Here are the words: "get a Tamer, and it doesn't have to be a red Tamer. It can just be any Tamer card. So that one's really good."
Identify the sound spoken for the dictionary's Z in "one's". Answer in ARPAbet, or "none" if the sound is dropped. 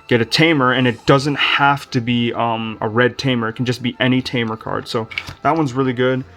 Z